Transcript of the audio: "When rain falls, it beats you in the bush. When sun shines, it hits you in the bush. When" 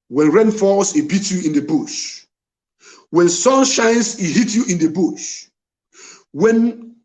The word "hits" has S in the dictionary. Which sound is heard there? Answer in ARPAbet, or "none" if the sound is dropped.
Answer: none